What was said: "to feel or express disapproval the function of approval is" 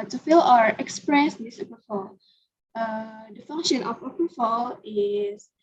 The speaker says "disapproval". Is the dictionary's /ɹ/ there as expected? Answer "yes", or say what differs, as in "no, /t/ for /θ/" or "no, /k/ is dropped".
no, /ɹ/ is dropped